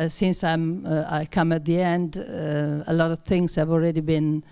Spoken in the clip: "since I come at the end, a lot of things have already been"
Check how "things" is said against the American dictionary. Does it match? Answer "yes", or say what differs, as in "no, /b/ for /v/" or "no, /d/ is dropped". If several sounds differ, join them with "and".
yes